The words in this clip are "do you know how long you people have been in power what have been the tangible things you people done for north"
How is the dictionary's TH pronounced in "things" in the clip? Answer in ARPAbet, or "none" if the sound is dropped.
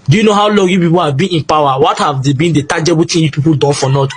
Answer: T